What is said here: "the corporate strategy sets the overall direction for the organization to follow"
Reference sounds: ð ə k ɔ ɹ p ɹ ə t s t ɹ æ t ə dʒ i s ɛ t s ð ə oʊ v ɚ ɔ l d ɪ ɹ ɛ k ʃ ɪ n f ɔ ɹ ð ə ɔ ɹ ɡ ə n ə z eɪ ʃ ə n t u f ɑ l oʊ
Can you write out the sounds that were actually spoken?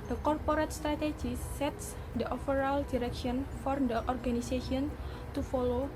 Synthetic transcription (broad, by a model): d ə k ɔ ɹ p ɹ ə t s t ɹ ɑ t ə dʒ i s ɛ t s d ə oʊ f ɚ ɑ l d ɪ ɹ ɛ k ʃ ɪ n f ɔ ɹ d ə ɔ ɹ ɡ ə n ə s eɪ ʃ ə n t u f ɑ l oʊ